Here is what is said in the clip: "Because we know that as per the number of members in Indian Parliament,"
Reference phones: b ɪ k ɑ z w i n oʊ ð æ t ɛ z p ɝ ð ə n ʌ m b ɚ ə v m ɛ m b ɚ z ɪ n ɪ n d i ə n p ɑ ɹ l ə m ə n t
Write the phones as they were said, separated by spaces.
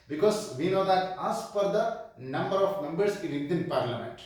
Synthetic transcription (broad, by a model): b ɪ k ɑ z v i n oʊ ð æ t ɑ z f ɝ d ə n ʌ m b ɚ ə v m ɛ m b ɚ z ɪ l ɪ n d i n p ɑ ɹ l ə m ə n t